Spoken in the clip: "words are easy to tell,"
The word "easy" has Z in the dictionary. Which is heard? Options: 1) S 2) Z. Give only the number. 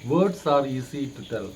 1